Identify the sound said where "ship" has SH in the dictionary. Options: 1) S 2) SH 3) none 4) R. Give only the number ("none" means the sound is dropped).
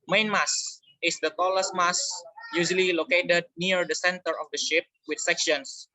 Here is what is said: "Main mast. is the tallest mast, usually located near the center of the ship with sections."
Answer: 2